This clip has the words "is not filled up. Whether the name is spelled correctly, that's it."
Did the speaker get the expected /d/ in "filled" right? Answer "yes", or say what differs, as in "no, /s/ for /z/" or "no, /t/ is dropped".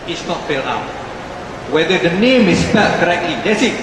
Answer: no, /d/ is dropped